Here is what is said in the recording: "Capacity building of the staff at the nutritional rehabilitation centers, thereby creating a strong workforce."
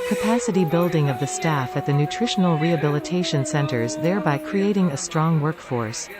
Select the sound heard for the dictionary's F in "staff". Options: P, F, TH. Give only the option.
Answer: F